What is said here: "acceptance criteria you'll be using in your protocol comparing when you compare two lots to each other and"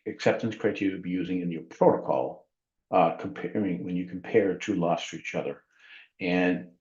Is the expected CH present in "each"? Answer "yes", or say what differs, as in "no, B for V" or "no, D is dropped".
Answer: yes